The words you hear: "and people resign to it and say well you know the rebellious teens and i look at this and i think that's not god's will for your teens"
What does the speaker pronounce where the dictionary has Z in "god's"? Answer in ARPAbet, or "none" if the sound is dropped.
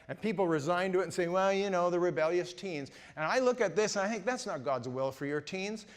Z